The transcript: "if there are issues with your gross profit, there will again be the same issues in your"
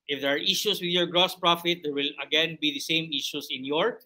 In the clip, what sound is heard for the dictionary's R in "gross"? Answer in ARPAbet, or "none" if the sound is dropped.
R